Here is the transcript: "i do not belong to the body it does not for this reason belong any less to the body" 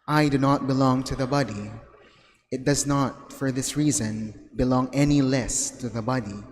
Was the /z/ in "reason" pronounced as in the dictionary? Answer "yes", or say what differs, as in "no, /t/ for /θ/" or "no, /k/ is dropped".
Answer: yes